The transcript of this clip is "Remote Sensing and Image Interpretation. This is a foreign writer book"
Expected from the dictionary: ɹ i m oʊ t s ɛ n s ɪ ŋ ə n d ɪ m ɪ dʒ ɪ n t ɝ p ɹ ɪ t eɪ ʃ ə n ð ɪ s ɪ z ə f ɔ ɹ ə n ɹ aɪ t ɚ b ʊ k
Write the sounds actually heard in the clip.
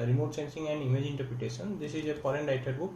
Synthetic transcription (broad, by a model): ɹ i m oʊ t s ɛ n s ɪ ŋ ə n d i m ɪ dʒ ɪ n t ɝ p ɹ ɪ t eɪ s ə n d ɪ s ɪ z ə p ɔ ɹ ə n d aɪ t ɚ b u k